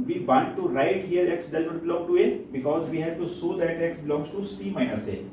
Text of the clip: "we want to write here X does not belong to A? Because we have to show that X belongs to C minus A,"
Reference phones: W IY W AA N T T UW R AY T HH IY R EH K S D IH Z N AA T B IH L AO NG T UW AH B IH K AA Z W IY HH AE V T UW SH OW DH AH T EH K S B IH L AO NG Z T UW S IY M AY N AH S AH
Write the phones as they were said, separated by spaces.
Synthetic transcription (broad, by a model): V IY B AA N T T UW R AY T HH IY R EH K S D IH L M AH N B IH L AO NG T UW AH B IH K AA Z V IY HH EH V T UW S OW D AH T EH K S B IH L AO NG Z T UW S IY M AY N AH S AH